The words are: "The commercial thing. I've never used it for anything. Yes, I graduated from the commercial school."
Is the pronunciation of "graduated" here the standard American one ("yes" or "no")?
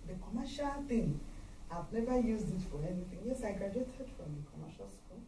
no